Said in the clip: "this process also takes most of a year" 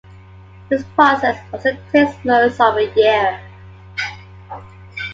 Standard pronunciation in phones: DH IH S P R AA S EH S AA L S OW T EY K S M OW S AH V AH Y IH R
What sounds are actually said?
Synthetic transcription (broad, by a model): DH IH S P R AA S EH S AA S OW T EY S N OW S AH V AH Y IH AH